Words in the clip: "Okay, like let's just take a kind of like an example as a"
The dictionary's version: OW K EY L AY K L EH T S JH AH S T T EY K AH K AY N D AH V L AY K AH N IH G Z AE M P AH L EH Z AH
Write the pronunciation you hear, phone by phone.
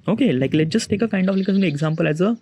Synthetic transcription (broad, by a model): OW K EY L AY K L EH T JH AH S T T EY K AH K AY N D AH F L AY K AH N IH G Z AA M P AH L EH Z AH